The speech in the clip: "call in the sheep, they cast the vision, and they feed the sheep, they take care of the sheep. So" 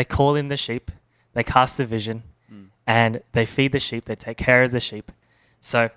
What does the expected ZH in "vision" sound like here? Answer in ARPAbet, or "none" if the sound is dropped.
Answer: ZH